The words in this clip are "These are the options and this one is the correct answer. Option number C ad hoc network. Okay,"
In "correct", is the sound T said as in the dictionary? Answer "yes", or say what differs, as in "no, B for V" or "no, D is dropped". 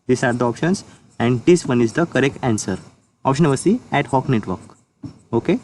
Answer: yes